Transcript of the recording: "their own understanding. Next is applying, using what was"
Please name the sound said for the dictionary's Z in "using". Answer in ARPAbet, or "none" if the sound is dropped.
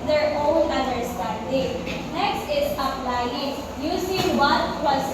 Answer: S